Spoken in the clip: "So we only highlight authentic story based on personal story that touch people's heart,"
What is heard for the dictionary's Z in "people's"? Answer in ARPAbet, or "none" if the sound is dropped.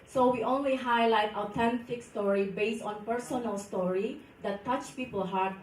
none